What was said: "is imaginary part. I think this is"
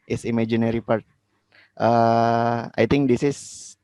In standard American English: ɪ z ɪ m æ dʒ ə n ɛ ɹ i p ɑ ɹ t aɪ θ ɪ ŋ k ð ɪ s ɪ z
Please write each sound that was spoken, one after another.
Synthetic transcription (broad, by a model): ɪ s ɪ m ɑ dʒ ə n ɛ ɹ i p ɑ ɹ t aɪ t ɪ ŋ k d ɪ s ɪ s